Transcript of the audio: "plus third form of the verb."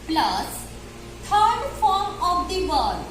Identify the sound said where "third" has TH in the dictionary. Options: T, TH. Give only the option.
T